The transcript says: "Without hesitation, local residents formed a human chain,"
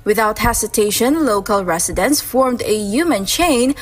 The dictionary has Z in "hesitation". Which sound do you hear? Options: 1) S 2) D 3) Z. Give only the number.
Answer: 1